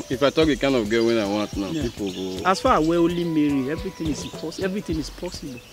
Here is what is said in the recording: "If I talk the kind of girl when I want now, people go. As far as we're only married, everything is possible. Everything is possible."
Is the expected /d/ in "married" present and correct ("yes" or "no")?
no